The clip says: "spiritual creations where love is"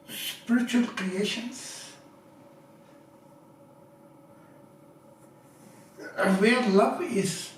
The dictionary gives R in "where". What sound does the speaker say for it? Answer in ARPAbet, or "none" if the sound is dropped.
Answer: L